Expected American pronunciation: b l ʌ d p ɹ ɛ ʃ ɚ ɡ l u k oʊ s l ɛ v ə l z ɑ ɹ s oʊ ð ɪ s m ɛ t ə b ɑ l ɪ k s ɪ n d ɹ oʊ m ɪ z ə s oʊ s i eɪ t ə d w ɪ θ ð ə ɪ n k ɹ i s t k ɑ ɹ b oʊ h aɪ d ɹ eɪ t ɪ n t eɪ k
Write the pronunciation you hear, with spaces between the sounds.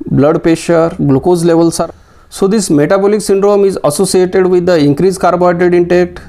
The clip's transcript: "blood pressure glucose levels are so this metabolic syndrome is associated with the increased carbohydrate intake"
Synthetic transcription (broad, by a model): b l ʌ d p ɛ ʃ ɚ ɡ l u k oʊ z l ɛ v ə l s ɑ ɹ s oʊ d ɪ s m ɛ t ə b ɑ l ɪ k s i n d ɹ oʊ m ɪ z ə s oʊ s i eɪ t ə d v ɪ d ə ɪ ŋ k ɹ i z k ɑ ɹ b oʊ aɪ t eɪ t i n t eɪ k